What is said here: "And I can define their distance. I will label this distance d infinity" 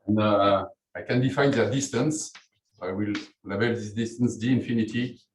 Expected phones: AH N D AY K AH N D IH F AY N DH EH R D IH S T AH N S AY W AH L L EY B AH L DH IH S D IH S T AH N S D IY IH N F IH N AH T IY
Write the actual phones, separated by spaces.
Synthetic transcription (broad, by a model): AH N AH AY K AH N D IH F AY N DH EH D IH S T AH N S AY W AH L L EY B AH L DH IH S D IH S T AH N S D IY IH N F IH N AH T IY